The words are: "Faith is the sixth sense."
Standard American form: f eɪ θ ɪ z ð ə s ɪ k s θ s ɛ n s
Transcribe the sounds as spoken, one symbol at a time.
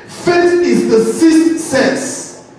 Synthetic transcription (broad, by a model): f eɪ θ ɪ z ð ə s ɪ s t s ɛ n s